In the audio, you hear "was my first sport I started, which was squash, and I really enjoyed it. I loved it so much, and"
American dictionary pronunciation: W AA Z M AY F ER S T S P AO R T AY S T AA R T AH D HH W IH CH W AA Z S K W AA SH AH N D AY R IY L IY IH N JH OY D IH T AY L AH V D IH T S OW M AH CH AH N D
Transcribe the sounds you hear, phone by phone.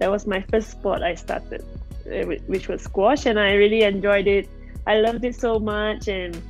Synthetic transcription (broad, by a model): W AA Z M AY F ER S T S P AO T AY S T AA T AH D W W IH CH W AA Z S K W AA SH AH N AY R IY L IY IH N JH OY D IH T AY L AH V D IH T S OW M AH CH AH N